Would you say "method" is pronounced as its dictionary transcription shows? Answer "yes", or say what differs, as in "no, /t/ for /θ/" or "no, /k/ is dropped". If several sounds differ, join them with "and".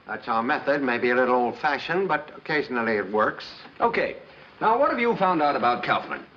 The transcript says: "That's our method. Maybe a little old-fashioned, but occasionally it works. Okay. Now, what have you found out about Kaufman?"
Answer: yes